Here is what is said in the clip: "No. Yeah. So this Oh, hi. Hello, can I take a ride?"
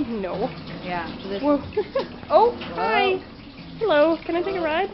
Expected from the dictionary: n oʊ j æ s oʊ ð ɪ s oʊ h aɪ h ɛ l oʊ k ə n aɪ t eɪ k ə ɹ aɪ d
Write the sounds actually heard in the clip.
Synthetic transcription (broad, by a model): n oʊ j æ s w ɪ oʊ h aɪ h ɛ l oʊ k ə n aɪ t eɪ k ə ɹ aɪ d